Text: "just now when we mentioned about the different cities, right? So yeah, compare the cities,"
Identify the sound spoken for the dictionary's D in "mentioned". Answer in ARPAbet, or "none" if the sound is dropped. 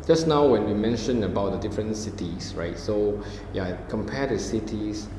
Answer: none